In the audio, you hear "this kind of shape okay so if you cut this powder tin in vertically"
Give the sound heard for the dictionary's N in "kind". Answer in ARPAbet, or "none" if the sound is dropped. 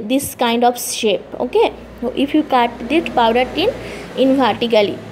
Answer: N